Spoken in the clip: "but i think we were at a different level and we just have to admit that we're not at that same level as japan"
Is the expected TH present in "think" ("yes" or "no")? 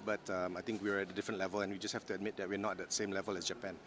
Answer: no